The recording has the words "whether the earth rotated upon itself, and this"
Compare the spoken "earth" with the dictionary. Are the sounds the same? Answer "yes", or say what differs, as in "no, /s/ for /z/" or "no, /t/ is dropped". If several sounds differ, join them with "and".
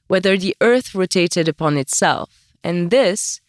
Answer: yes